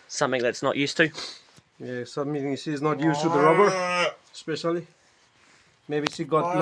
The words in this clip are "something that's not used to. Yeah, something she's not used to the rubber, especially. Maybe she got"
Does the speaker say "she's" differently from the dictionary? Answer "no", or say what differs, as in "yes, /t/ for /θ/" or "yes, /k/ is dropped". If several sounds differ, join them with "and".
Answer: yes, /s/ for /ʃ/